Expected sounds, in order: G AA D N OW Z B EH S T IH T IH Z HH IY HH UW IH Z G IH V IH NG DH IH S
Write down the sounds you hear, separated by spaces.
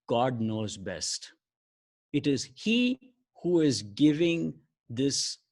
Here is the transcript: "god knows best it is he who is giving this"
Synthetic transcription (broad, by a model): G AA D N OW Z B EH S T IH T IH Z HH IY HH UW IH Z G IH V IH NG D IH S